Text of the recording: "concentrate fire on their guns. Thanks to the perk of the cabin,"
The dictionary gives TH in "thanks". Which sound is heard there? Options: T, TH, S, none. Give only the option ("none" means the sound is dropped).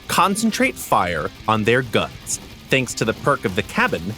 TH